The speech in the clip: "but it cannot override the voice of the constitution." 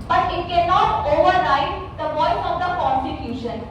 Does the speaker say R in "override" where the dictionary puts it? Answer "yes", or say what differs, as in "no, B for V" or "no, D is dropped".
no, L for R